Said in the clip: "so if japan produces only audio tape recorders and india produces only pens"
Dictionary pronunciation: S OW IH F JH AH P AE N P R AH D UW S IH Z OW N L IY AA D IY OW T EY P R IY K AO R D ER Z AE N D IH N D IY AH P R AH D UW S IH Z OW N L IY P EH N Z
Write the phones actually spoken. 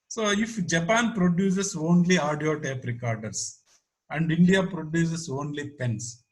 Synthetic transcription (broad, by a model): S OW IH F JH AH P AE N P R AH D UW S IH S OW N L IY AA D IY OW T EY P R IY K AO R D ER S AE N D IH N D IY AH P R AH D UW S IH S OW N L IY P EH N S